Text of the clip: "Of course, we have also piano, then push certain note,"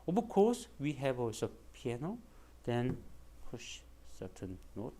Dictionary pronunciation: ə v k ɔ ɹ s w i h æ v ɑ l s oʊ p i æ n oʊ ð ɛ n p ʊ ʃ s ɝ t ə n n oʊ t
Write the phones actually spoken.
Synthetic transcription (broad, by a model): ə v k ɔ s w i h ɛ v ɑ s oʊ p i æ n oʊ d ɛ n p ʊ ʃ s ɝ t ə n n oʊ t